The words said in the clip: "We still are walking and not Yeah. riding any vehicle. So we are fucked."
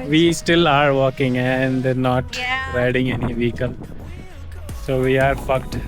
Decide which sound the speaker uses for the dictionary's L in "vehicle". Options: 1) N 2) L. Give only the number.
1